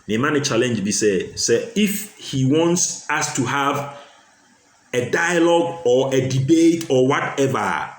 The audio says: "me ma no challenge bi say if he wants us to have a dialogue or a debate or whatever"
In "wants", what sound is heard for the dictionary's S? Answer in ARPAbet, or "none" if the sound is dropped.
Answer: S